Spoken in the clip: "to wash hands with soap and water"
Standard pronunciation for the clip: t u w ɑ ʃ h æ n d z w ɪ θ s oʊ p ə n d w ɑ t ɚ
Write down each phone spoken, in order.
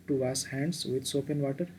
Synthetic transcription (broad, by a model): t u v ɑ s h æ n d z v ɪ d s oʊ p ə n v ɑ t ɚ